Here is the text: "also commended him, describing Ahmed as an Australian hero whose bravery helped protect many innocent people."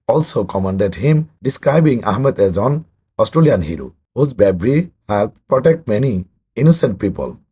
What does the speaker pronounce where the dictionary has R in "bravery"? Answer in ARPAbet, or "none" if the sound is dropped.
none